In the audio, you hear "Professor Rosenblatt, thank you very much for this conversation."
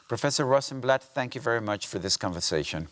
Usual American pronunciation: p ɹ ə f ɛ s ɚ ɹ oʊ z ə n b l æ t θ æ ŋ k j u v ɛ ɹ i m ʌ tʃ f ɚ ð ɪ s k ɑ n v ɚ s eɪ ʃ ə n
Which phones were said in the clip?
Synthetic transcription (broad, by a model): p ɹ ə f ɛ s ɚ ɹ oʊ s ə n b l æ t θ æ ŋ k j u v ɛ ɹ i m ʌ tʃ f ɚ ð ɪ s k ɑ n v ɚ s eɪ ʃ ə n